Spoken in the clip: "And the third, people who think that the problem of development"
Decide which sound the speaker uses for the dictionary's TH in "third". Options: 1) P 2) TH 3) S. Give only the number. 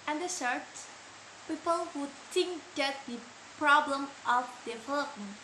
3